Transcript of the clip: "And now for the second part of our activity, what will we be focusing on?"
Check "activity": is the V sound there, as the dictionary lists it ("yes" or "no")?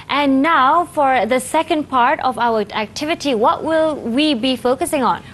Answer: yes